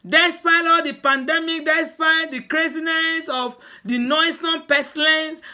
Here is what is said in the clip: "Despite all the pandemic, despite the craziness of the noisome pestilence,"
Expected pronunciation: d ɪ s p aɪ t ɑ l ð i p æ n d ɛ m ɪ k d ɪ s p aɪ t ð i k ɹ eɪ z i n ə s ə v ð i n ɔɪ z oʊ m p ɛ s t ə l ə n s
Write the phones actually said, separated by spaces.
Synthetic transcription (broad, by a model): d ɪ s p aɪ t ɑ l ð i p æ n d ɛ m ɪ k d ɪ s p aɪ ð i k ɹ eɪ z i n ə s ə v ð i n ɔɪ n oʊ p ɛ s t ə l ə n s